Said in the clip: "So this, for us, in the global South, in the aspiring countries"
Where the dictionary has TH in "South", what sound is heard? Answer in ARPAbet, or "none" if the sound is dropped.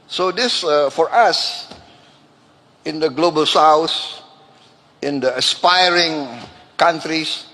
S